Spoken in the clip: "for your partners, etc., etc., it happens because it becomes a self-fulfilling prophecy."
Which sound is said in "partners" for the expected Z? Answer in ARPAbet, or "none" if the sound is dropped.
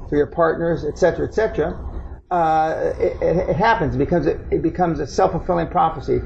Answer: Z